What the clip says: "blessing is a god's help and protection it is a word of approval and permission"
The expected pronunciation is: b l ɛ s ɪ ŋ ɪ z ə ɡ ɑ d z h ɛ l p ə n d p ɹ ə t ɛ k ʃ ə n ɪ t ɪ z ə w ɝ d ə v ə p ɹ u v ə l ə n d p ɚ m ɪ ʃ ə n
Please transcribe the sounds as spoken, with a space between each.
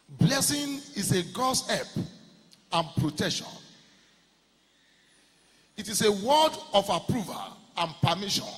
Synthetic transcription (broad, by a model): b l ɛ s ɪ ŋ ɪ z ə ɡ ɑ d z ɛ p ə n p ɹ ə t ɛ k ʃ ə n ɪ t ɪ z ə w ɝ d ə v ə p ɹ u v ə l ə n p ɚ m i ʃ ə n